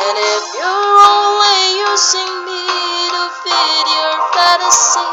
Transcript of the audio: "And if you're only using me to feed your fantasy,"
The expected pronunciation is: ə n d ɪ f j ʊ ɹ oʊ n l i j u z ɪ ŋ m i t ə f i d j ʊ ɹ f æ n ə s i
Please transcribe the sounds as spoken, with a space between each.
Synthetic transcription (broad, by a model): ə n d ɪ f j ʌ ɹ oʊ n l i j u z ɪ ŋ m i t ə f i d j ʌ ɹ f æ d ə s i